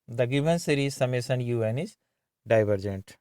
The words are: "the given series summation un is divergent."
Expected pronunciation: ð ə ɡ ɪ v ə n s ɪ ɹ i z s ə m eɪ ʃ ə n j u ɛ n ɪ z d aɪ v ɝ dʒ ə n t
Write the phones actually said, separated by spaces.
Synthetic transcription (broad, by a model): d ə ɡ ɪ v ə n s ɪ ɹ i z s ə m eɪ s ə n j u ɛ n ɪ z d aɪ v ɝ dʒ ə n t